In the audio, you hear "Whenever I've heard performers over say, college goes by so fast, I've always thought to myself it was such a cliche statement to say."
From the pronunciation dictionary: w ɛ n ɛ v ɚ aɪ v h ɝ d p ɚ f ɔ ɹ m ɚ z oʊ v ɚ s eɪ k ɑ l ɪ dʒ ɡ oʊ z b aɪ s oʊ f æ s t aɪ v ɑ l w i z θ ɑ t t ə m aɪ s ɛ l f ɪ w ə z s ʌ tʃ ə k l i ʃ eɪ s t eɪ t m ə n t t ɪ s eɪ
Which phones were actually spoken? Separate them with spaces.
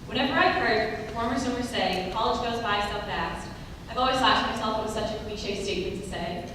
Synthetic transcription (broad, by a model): w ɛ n ɛ v ɚ aɪ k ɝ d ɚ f ɔ ɹ m ɚ s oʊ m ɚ s eɪ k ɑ l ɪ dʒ ɡ oʊ z b aɪ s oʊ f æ s t aɪ v ɑ l w i z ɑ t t m aɪ s ɛ l f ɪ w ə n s ʌ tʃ ə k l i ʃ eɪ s t eɪ t m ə n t t ɪ s eɪ